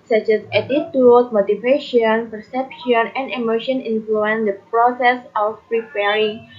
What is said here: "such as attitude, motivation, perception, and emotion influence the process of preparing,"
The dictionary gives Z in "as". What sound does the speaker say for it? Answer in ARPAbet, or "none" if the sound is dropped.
S